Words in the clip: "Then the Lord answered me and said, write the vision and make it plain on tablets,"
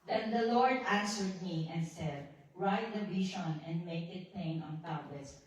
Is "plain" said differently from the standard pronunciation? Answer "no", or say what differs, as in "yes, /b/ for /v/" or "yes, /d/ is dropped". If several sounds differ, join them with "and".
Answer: yes, /l/ is dropped